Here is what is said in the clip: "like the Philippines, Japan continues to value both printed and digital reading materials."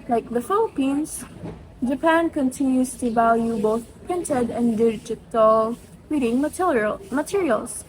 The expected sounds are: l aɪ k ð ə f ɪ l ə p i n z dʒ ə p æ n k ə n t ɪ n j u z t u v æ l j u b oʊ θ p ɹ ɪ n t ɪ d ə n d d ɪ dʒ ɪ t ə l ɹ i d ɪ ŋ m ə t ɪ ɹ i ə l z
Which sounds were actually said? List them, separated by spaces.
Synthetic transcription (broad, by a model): l aɪ k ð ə f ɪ l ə p i n s dʒ ə p æ n k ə n t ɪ n j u s t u v æ l j u b oʊ θ p ɹ ɪ n t ɪ d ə n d d ɪ dʒ ɪ t ə l ɹ i d ɪ ŋ m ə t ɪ ɹ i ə l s